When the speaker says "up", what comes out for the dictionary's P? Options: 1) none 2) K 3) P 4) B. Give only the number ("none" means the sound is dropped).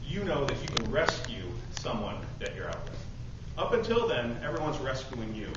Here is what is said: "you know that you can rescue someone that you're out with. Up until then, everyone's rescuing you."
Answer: 3